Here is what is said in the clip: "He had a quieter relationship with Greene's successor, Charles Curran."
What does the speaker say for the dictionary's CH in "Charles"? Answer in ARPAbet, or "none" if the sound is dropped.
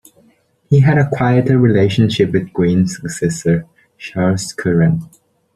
SH